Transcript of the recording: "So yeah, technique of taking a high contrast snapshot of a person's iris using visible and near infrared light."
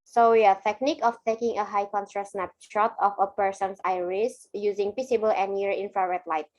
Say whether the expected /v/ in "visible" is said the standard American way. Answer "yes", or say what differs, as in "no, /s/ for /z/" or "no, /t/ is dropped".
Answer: no, /p/ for /v/